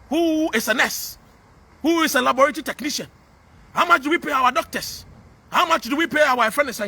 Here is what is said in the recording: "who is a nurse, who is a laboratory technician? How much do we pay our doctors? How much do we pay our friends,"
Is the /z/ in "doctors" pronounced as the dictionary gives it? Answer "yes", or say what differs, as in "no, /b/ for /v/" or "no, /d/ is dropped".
no, /s/ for /z/